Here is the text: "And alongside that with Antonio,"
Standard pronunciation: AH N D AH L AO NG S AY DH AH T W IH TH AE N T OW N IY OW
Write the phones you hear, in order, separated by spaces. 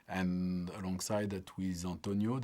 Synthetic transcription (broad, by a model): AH N AH L AO NG S AY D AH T W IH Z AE N T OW N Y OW